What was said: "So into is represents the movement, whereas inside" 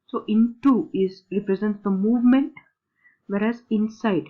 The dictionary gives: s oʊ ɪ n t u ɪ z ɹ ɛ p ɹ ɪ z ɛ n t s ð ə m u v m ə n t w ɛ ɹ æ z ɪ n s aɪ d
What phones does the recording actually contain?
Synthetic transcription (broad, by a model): s oʊ ɪ n t u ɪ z ɹ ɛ p ɹ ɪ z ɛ n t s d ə m u v m ə n t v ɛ ɹ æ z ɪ n s aɪ d